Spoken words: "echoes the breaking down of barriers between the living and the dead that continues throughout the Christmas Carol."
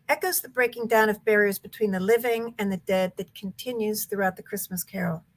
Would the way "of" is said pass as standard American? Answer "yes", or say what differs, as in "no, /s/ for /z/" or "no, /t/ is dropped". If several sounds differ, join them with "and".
yes